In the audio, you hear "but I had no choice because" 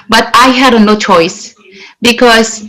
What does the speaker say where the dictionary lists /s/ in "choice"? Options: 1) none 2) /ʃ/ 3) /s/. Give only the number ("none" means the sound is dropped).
3